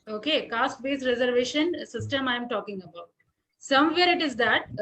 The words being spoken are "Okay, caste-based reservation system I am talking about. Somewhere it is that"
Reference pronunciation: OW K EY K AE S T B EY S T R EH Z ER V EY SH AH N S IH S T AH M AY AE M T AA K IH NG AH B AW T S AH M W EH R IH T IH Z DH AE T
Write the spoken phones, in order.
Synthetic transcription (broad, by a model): OW K EY K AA S T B EY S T R EH Z ER V EY SH AH N S IH S T AH M AY M T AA K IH NG AH B AW T S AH M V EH R IH T IH Z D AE T